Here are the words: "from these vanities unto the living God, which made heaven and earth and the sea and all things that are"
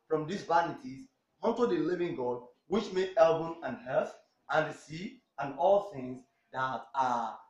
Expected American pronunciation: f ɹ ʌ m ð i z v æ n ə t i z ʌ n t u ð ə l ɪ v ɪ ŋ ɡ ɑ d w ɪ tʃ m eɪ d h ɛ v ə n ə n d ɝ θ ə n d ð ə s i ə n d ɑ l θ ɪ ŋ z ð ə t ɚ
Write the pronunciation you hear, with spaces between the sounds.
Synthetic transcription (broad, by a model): f ɹ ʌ m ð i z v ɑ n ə t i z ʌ n t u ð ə l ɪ v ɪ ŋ ɡ ɑ d w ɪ tʃ m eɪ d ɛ b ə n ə n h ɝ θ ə n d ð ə s i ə n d ɑ l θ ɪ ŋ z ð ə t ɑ